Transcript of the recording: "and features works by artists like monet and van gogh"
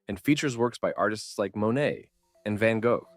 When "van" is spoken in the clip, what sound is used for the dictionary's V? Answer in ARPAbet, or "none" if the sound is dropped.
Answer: V